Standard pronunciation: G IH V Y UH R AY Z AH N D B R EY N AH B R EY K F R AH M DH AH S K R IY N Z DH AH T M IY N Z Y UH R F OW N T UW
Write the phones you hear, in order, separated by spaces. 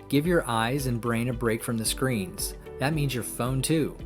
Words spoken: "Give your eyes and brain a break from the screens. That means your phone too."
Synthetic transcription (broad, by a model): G IH V Y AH R AY Z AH N B R EY N AH B R EY K F R AH M DH AH S K R IY N Z DH AH T M IY N Z Y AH R F OW N T UW